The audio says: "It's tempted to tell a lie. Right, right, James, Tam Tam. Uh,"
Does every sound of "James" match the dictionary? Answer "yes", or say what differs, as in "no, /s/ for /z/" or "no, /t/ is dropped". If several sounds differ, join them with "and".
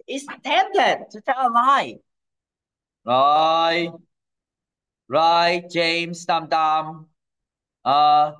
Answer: no, /s/ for /z/